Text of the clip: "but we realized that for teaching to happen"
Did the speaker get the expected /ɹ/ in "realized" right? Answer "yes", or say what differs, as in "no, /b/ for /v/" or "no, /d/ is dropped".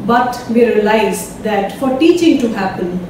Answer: yes